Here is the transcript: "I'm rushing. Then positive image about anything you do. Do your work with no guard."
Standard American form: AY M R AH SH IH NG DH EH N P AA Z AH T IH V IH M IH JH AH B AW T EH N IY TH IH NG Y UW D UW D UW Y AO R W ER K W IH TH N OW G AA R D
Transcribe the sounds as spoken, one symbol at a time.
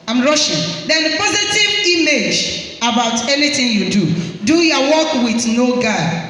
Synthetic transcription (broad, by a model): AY M R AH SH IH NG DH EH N P AA Z AH T IH V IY M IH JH AH B AW T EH N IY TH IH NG Y UW D UW D UW Y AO W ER K W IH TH N OW G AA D